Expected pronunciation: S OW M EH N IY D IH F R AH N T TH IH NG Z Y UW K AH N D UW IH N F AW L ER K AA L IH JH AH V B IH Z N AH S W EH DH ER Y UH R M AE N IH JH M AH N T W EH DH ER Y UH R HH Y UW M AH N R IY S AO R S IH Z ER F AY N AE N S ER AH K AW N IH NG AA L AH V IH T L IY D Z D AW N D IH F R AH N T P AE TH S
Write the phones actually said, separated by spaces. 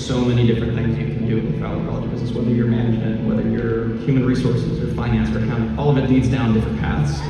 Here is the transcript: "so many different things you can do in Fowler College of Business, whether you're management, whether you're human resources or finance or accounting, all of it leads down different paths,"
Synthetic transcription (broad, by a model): S OW M EH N IY D IH F R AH N TH IH NG Z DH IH K N D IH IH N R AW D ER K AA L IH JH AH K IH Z AH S W EH DH ER Y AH R M AE N IH JH M AH N T W EH DH ER Y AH R HH Y UW M AH N R IY S AO R S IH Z ER F AY N AE N S ER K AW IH AA L AH V IH T L IY D Z D AW N D IH F R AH N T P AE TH S